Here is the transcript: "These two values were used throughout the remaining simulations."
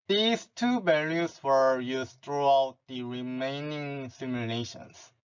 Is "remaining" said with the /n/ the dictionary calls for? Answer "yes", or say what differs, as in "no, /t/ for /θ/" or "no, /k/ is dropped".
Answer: yes